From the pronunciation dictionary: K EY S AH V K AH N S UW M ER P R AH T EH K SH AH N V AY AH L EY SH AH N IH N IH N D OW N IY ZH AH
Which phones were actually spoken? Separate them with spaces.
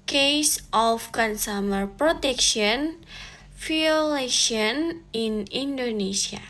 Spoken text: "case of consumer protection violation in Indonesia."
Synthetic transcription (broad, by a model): K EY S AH F K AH N S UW M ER P R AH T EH K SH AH N F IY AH L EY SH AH N IH N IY N D OW N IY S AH